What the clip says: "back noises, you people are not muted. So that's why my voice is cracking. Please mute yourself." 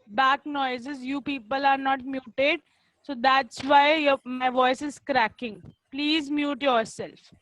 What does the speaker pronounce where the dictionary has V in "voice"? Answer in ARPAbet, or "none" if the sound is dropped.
V